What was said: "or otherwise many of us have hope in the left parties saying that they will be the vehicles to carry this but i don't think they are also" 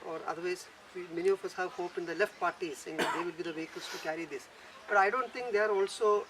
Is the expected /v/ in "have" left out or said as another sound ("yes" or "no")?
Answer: no